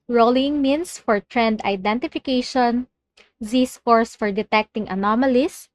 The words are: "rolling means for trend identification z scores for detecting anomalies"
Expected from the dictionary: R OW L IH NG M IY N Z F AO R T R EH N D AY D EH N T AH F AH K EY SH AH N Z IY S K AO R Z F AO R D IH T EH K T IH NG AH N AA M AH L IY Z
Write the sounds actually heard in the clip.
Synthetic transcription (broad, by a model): R OW L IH NG M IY N S F AO R T R EH N D AY D EH N T AH F AH K EY SH AH N Z IY S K AO R S F AO R D IH T EH K T IH NG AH N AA M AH L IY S